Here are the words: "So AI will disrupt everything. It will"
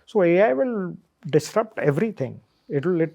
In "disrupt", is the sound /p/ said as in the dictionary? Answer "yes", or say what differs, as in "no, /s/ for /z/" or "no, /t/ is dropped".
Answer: yes